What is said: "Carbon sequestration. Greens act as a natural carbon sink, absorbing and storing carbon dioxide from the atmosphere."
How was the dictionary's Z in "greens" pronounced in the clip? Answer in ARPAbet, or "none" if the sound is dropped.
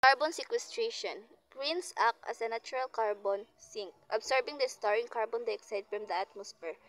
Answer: S